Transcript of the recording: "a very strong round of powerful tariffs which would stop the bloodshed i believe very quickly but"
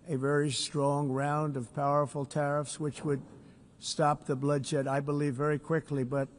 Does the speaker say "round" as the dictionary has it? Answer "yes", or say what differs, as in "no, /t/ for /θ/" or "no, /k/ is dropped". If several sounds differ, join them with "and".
yes